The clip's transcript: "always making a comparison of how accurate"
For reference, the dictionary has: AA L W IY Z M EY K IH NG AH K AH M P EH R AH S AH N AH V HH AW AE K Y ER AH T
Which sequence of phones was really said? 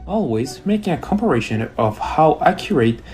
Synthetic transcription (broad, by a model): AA L W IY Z M EY K IH NG AH K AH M P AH R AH SH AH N AH V HH AW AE K Y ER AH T